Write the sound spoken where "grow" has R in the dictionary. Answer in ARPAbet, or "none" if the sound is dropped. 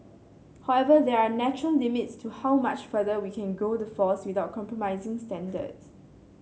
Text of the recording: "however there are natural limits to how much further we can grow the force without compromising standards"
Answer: none